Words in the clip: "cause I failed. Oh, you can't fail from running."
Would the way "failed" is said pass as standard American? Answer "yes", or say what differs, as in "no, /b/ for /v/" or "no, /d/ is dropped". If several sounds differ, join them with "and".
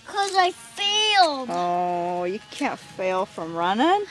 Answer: no, /d/ is dropped